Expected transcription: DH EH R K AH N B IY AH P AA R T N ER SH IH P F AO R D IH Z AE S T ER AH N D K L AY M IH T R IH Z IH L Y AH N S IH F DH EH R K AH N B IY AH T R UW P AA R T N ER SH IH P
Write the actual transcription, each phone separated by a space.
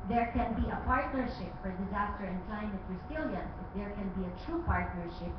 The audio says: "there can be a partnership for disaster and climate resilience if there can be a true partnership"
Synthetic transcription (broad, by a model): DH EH R K AH N B IY AH P AA R T N ER SH IH P F AO R D IH Z AE S T ER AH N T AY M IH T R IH S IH L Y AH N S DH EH R K AH N B IY AH T R UW P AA R T N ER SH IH P